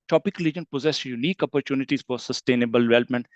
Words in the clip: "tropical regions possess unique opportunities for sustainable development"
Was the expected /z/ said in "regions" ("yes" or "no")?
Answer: no